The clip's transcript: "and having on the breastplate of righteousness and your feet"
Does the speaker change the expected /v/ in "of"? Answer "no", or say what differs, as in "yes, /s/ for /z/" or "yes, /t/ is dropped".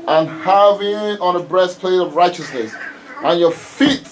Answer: no